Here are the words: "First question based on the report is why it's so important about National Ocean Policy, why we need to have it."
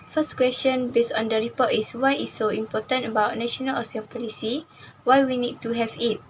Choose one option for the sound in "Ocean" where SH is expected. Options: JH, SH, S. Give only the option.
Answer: S